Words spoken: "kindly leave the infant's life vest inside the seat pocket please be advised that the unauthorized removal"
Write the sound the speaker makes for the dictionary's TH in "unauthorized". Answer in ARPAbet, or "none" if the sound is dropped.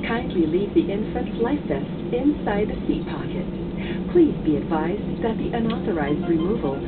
TH